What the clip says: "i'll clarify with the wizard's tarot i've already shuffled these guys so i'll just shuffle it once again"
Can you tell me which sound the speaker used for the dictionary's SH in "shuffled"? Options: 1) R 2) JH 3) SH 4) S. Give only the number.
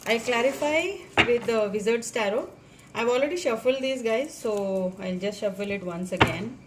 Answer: 3